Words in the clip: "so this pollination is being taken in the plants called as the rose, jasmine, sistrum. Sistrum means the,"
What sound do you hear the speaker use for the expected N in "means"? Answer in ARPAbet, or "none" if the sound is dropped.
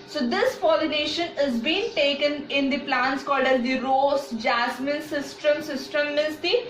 none